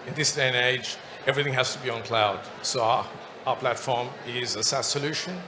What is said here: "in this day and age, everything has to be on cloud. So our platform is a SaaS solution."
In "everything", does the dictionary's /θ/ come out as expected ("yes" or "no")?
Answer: yes